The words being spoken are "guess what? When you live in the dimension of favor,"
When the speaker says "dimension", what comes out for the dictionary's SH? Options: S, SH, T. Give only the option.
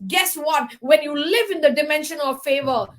SH